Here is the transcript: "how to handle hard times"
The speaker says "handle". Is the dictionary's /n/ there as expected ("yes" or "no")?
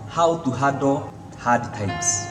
no